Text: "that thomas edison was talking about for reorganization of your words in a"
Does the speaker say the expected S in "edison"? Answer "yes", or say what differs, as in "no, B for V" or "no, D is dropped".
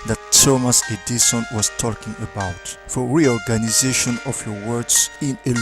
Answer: no, SH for S